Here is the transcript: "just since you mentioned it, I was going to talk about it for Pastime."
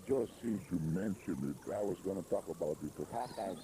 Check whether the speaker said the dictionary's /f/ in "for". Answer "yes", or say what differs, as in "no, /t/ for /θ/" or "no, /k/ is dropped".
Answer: no, /p/ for /f/